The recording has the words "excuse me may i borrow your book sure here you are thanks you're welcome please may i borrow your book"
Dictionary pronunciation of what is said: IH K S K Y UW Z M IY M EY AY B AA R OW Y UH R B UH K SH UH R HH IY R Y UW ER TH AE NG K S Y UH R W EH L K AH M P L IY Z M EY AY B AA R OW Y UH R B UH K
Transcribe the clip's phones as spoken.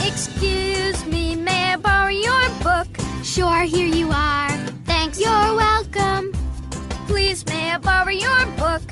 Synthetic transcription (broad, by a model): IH K S K Y UW Z M IY M EY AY B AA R Y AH R B UH K SH UH R HH IY R Y UW ER TH AE NG K S Y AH R W EH L K AH M P L IY Z M EY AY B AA R Y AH R B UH K